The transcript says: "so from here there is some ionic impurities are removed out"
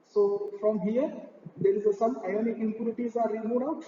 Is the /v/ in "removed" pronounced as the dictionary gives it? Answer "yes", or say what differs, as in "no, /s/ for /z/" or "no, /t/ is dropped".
no, /v/ is dropped